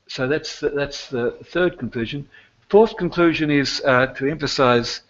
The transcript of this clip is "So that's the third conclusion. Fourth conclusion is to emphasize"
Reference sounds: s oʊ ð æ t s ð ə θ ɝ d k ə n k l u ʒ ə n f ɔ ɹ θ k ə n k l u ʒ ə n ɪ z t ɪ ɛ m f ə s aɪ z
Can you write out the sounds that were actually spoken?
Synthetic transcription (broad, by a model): s oʊ ð æ t s ð ə θ ɝ d k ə n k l u ʒ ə n f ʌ ɹ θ k ə n k l u ʒ ə n ɪ z t ɪ ɛ m f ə s aɪ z